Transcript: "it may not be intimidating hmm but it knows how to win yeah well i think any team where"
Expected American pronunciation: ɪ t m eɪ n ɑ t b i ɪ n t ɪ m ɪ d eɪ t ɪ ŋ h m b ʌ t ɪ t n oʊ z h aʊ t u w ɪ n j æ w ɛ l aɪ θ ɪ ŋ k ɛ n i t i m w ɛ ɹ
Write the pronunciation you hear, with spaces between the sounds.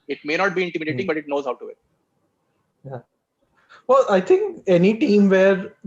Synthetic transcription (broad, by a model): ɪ t m eɪ n ɑ t b i ɪ n t ɪ m ɪ d eɪ t ɪ ŋ b ʌ t ɪ t n oʊ z h aʊ t u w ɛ j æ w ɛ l aɪ t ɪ ŋ k ɛ n i t i m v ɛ ɹ